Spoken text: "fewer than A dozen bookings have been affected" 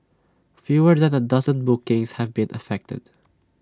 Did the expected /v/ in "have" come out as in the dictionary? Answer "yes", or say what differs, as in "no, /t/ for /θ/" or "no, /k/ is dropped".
yes